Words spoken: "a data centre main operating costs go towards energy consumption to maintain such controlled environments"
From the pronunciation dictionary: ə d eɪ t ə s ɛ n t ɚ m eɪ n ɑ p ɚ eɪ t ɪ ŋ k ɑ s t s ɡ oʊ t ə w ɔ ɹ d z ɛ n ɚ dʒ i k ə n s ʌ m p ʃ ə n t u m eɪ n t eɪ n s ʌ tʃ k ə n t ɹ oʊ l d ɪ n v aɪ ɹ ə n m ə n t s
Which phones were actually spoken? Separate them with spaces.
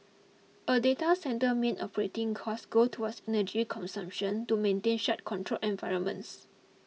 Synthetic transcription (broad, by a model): ə d eɪ t ə s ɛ n t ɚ m eɪ n ɑ p ɚ eɪ t ɪ ŋ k ɑ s s ɡ oʊ t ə w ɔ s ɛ n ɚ dʒ i k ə n s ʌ m p ʃ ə n t u m eɪ n t eɪ n ʃ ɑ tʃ k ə n t ɹ oʊ l ɪ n v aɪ ɹ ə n m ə n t s